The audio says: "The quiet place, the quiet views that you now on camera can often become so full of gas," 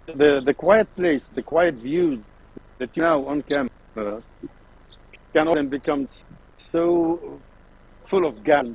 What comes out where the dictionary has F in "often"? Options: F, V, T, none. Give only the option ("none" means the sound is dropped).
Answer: none